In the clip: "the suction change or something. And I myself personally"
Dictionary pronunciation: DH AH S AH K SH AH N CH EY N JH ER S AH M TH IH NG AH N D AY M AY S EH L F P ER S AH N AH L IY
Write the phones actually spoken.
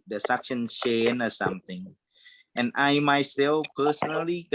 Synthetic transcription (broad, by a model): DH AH S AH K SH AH N SH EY N ER S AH M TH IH NG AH N AY M AY S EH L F P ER S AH N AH L IY